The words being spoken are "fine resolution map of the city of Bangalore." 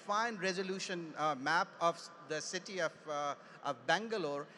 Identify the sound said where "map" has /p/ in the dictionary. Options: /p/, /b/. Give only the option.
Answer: /p/